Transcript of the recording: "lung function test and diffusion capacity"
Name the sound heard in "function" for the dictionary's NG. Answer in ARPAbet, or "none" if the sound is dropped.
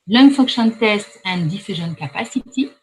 none